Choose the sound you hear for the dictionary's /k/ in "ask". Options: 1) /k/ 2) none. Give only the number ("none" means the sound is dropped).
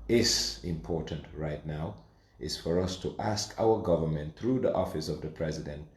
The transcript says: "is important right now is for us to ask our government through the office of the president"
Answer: 1